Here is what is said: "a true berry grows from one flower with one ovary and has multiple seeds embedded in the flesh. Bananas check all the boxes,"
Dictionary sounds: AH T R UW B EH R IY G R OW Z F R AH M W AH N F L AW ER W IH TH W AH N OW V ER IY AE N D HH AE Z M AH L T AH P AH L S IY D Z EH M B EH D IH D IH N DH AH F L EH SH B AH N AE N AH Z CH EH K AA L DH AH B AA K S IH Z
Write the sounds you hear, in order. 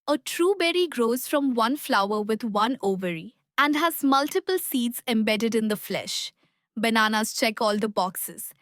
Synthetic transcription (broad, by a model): AH T R UW B EH R IY G R OW Z F R AH M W AH N F L AW ER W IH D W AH N OW V ER IY AE N D HH AE Z M AH L T AH P AH L S IY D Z EH M B EH D IH D IH N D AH F L EH SH B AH N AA N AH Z CH EH K AA L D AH B AA K S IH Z